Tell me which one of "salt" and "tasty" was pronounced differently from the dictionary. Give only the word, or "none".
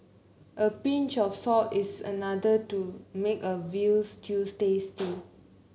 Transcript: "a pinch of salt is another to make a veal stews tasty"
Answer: salt